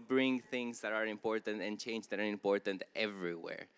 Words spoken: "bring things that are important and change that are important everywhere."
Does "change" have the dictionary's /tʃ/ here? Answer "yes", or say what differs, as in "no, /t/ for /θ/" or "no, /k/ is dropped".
yes